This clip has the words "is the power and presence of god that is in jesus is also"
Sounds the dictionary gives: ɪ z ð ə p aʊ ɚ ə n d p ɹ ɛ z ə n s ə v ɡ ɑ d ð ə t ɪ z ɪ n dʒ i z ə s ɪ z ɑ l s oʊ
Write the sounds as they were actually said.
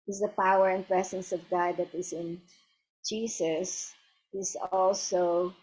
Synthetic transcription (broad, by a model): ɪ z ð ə p aʊ ɚ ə n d p ɹ ɛ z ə n s ə v ɡ ɑ d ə t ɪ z ɪ n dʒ i s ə s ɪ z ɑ l s oʊ